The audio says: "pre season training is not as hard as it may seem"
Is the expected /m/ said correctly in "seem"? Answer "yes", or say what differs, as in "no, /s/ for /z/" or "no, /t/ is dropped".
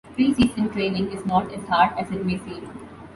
no, /m/ is dropped